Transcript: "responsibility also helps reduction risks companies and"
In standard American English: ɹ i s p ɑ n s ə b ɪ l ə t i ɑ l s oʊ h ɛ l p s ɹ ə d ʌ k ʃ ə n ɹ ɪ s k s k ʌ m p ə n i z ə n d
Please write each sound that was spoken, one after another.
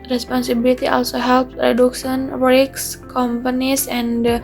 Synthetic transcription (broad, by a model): ɹ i s p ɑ n s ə b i l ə t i ɑ l s oʊ h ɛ l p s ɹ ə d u k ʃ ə n w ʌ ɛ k s k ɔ m p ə n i s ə n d